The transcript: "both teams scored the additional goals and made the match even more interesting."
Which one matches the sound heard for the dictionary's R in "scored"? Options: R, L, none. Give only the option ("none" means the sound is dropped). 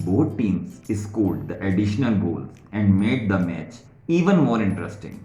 L